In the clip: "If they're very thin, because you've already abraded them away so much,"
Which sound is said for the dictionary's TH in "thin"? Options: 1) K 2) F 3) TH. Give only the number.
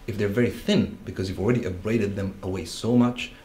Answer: 3